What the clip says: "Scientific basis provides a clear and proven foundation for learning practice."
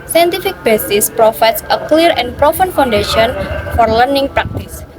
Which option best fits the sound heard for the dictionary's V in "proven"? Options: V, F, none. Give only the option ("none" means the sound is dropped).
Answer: F